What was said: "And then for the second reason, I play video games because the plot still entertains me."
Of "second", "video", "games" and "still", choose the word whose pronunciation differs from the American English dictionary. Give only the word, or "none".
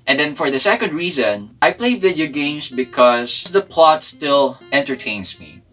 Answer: games